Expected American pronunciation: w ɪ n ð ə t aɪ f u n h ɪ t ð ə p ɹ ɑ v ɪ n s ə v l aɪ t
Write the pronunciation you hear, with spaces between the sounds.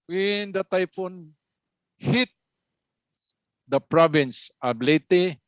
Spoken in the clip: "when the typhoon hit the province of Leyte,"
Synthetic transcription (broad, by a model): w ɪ n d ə t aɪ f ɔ n h ɪ t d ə p ɹ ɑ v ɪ n s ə b l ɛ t